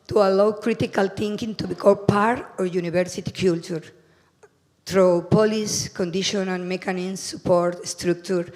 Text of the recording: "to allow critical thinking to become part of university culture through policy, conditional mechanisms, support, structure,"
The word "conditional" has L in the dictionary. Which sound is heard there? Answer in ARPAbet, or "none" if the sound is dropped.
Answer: N